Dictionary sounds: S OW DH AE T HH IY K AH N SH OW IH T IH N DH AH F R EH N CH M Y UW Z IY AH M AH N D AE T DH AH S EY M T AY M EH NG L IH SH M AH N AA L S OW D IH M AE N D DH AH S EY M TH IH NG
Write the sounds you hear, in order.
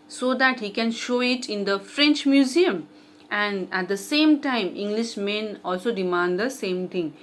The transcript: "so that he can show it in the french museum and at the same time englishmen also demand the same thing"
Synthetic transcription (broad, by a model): S OW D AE T HH IY K AH N SH OW IH T IH N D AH F R EH N CH M Y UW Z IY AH M AH N D AE T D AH S EY M T AY M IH NG L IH SH M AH N AA L S OW D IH M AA N D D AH S EY M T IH NG